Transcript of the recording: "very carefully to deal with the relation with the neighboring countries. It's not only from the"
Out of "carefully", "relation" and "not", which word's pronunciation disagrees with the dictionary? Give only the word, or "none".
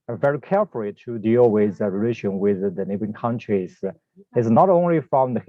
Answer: none